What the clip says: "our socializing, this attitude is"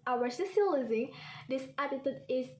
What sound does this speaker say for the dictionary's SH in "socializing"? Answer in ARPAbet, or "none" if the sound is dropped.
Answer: S